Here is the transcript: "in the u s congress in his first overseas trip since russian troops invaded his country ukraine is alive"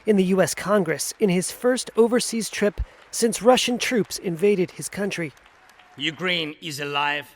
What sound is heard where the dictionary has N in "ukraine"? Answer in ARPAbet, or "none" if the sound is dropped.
N